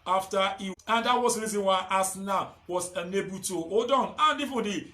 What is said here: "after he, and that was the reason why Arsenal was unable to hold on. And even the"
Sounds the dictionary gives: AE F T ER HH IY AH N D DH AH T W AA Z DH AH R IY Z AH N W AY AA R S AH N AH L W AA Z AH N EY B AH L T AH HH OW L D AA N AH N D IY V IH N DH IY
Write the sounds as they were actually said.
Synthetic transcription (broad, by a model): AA F T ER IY AH N D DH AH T W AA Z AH R IY Z AH N W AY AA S N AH W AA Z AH N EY B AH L T AH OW D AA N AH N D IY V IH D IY